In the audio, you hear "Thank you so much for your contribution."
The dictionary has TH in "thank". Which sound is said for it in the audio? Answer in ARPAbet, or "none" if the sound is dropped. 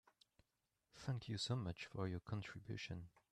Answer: TH